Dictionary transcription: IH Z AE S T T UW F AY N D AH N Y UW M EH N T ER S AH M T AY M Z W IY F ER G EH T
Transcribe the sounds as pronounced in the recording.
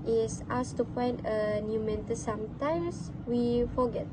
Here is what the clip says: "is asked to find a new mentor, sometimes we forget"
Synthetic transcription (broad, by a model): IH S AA S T T UW P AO N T AH N Y UW M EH N T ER S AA M T AY M S W IY F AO G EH T